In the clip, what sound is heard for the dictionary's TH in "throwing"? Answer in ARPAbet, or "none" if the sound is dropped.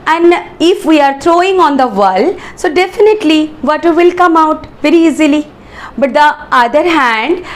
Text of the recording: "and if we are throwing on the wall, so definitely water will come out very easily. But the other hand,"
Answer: T